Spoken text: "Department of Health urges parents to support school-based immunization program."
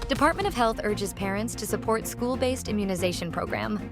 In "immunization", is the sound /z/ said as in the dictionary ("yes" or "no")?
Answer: yes